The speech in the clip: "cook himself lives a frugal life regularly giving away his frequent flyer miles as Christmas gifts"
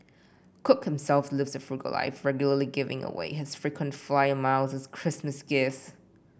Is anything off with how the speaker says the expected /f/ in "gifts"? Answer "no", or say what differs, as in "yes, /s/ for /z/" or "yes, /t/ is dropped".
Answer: yes, /f/ is dropped